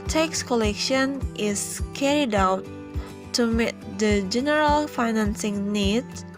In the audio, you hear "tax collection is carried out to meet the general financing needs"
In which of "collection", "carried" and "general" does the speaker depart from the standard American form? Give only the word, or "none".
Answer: none